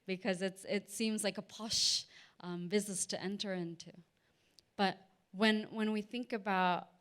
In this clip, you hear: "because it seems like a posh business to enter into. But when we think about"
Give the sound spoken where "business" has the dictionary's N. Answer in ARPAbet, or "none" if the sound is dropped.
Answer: none